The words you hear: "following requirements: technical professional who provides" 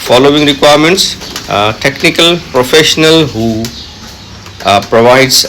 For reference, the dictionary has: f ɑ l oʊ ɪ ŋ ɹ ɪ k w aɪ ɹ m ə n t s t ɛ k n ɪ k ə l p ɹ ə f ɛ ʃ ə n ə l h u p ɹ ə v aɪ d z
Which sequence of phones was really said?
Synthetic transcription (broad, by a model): f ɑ l oʊ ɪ ŋ ɹ ɪ k w aɪ ɹ m ə n t s t ɛ k n ɪ k ə l p ɹ ə f ɛ ʃ ə n ə l h u p ɹ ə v aɪ d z